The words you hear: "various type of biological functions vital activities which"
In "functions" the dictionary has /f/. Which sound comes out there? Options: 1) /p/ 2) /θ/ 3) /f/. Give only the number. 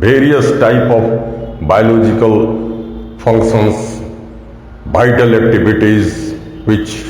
1